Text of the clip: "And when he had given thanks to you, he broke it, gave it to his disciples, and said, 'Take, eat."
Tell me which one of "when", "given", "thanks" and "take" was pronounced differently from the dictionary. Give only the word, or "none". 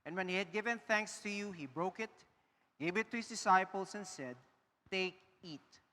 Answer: none